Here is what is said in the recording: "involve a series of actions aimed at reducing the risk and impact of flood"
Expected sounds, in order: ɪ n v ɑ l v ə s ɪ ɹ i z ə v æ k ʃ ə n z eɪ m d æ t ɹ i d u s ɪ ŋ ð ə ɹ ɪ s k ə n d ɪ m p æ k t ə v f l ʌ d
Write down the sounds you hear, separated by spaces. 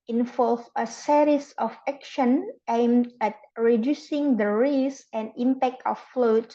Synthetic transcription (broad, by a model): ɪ n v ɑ l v ə s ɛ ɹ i s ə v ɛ k ʃ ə n eɪ m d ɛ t ɹ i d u s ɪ ŋ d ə ɹ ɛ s ə n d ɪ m p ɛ k t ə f l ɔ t